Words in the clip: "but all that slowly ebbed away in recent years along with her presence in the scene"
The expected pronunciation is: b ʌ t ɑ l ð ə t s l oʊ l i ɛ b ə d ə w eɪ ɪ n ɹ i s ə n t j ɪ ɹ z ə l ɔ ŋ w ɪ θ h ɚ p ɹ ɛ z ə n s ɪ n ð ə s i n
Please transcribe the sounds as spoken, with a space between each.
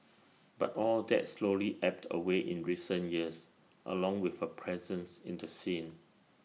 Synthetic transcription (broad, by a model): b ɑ t ɑ l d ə t s l oʊ l i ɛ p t ə w eɪ ɪ n ɹ i s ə n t j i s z ə l ɔ ŋ w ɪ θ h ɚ p ɹ ɛ z ə n s ɪ n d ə s i n